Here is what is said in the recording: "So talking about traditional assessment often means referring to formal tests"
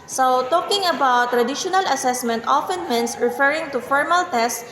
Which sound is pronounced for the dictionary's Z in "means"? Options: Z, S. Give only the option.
S